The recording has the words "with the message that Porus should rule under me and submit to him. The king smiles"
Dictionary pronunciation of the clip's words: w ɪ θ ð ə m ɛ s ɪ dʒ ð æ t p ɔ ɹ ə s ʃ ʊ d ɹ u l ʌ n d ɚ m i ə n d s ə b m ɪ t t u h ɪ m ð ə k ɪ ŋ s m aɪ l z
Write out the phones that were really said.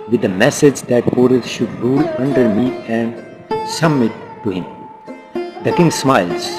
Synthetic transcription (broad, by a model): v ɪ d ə m ɛ s ɪ dʒ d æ t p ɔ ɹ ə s ʃ ʊ d ɹ u l ʌ n d ɚ m i ə n d s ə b m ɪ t t u h ɪ m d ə k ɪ ŋ s m aɪ l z